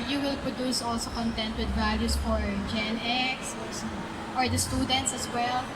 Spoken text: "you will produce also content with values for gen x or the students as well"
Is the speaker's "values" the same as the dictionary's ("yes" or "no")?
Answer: no